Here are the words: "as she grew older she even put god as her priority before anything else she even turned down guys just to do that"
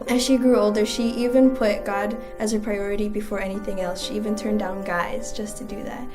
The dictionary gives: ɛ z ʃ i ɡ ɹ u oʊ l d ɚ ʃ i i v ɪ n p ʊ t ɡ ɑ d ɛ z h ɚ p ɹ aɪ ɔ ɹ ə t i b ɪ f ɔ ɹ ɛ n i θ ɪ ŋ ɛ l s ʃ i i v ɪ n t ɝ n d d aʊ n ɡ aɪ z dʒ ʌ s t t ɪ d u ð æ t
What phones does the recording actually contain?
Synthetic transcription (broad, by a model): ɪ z ʃ i ɡ ɹ u oʊ l d ɚ ʃ i i v ɪ n p ʊ t ɡ ɑ d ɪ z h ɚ p ɹ aɪ ɔ ɹ ə t i b ɪ f ɔ ɹ ɛ n i θ ɪ ŋ ɛ l s ʃ i i v ɪ n t ɝ n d d aʊ n ɡ aɪ z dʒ ʌ s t t ɪ d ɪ ð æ t